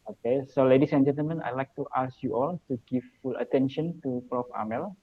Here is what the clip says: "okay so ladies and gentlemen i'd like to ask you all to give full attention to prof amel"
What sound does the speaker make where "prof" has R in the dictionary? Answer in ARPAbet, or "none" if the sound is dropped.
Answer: R